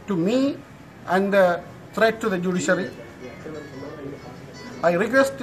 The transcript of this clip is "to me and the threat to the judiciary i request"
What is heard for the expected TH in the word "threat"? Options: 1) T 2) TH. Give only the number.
1